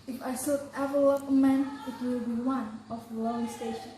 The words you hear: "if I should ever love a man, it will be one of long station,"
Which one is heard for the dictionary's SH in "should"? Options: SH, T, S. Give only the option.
S